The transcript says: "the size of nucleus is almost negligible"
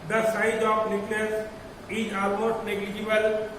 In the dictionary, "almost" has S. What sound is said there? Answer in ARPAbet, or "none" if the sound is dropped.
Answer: none